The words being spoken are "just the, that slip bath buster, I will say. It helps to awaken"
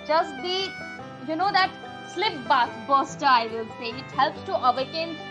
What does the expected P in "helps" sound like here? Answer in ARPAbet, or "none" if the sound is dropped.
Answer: P